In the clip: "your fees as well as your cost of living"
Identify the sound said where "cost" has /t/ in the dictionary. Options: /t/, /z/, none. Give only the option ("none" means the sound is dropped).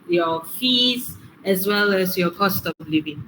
/t/